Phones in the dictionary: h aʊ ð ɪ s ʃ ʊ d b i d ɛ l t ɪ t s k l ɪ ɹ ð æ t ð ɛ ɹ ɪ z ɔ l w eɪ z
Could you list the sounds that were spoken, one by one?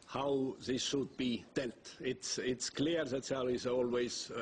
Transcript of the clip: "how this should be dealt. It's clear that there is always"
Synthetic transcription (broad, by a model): h aʊ ð ɪ s ʃ ʊ d b i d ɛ l t ɪ t s k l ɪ ɹ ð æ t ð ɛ l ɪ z ɔ l w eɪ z